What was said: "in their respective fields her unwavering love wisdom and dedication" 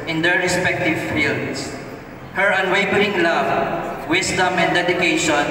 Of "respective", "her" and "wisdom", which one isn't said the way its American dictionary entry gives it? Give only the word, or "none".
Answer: wisdom